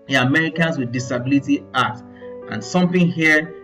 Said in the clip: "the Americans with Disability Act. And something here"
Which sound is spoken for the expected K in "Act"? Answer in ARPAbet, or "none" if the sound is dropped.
none